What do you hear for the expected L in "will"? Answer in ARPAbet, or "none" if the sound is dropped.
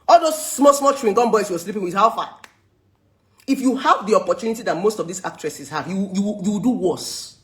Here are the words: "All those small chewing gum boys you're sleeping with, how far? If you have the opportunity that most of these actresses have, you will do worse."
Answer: W